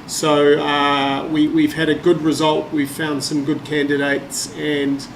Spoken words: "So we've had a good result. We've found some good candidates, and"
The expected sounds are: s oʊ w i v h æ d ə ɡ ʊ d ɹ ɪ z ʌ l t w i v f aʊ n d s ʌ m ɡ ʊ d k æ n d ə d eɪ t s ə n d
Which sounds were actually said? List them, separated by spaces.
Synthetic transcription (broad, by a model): s oʊ w i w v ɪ d ə ɡ ʊ d ɹ ɪ z ʌ l t w i v f aʊ n d s ʌ m ɡ ʊ d k æ n d ə d eɪ t s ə n